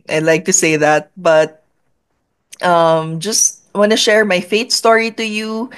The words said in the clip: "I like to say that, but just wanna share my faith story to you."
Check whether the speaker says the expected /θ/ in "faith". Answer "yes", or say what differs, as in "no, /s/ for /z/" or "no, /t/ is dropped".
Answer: no, /t/ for /θ/